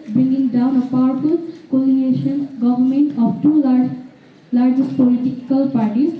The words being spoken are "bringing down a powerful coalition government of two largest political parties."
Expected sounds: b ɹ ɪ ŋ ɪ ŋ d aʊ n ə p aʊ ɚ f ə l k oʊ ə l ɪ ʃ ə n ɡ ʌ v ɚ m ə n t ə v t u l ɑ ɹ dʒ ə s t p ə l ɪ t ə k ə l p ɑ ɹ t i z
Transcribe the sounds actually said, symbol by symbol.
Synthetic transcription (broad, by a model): b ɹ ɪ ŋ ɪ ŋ d aʊ n ə p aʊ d p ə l k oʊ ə n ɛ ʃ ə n ɡ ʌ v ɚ m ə n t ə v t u l ɑ ɹ dʒ ə s t p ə l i t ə k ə l p ɑ ɹ t i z